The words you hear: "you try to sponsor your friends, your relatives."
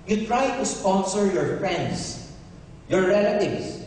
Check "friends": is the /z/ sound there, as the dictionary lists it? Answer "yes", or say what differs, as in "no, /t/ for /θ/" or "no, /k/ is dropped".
no, /s/ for /z/